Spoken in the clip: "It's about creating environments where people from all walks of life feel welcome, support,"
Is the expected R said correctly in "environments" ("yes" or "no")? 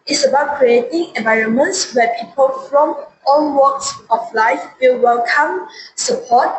yes